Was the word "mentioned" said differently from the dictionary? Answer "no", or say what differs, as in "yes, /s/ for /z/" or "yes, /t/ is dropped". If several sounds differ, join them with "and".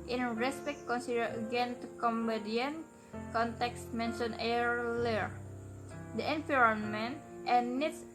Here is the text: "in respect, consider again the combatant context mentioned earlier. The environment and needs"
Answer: yes, /d/ is dropped